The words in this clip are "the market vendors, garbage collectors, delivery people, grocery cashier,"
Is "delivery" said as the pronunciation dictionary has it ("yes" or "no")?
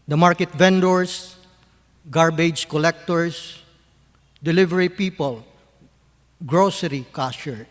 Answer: yes